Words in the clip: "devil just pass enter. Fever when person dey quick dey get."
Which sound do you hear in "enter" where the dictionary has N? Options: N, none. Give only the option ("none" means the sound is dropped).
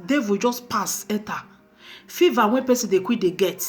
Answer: none